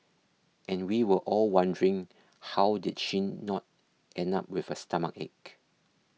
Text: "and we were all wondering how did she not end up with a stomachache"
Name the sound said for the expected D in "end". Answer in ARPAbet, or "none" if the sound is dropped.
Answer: none